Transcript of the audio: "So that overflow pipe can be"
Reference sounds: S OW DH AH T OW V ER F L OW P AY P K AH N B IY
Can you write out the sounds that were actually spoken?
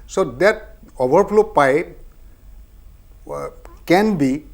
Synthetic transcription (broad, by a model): S OW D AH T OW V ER P L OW P AY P K AH N B IY